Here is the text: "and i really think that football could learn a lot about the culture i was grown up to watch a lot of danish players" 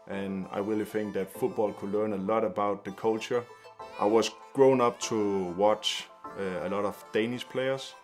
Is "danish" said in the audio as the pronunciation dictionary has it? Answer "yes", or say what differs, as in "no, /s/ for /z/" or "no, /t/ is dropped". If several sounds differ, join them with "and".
no, /s/ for /ʃ/